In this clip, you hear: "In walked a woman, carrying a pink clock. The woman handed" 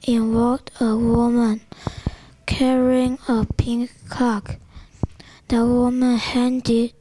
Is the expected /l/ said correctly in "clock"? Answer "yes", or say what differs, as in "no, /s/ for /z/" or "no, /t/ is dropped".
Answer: no, /l/ is dropped